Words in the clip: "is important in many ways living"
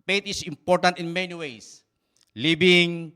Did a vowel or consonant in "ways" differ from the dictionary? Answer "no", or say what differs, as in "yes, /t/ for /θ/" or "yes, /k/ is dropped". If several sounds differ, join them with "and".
yes, /s/ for /z/